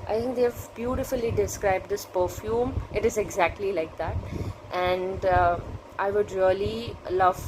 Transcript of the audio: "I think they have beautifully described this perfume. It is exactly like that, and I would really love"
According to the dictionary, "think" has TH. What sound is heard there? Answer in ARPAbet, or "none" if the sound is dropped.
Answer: T